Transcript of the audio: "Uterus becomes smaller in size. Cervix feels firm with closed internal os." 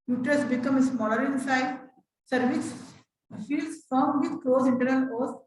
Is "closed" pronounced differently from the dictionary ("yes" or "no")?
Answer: yes